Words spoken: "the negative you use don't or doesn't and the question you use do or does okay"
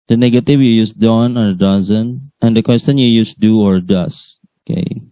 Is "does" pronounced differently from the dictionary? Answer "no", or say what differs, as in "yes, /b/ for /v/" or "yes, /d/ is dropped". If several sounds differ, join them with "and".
yes, /s/ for /z/